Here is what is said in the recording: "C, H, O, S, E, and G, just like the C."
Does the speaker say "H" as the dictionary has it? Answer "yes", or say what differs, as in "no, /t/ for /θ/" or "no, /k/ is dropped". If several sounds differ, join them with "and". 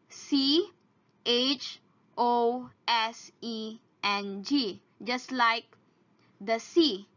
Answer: yes